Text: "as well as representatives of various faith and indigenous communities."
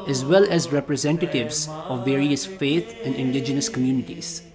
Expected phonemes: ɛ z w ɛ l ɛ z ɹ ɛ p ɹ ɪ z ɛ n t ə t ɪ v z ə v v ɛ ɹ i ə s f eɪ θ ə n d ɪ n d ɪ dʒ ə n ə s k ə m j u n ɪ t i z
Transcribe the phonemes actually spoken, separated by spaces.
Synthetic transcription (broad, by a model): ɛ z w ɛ l ɛ z ɹ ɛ p ɹ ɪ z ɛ n t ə t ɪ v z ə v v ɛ ɹ i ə s f eɪ t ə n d ɪ n d ɪ dʒ ə n ə s k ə m j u n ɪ t i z